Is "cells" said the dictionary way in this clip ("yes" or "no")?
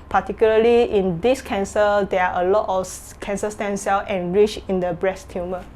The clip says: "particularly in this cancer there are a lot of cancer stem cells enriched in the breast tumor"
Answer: no